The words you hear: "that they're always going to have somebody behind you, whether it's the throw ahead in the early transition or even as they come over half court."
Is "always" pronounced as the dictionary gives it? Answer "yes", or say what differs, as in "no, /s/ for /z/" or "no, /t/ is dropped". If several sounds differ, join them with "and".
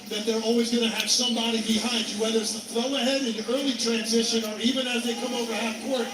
yes